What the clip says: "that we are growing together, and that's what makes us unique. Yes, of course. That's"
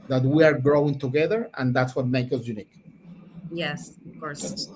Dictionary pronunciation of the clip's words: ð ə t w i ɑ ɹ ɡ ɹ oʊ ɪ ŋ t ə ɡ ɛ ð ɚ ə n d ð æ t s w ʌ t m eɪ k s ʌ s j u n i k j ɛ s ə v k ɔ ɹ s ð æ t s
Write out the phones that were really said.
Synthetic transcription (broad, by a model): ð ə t w i ɑ ɹ ɡ ɹ oʊ ɪ ŋ t ə ɡ ɛ ð ɚ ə n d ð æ t s w ʌ t m eɪ k ʌ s j u n i k j ɛ s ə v k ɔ ɹ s s